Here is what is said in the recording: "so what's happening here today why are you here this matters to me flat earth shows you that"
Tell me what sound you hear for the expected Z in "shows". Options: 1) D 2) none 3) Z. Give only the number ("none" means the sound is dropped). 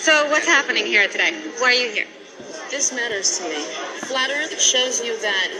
3